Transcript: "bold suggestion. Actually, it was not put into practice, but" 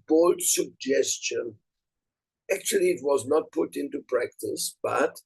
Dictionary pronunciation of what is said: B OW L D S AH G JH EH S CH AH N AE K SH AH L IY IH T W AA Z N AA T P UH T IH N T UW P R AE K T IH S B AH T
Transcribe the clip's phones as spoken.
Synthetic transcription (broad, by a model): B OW L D S AH G JH EH S CH AH N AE K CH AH L IY IH T W AA Z N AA T P UH T IH N T UW P R AE K T IH S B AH T